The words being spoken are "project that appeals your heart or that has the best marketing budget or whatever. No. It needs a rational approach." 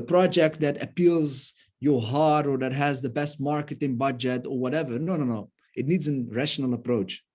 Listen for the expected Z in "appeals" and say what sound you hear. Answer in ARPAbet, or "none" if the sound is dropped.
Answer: Z